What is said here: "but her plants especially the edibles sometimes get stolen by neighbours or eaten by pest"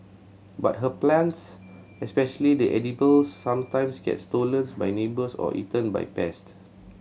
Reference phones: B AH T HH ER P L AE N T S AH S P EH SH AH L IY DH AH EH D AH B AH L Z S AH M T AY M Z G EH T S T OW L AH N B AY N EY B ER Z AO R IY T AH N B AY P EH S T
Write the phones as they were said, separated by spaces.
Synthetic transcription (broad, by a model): B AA T HH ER P L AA N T S AH S P EH SH AH L IY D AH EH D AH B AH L S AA M T AY M S G EH T S T OW L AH N B AY N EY B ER S AO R IY T AH N B AY P EH S T